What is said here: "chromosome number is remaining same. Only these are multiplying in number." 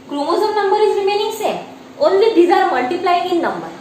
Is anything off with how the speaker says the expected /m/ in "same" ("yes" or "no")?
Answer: yes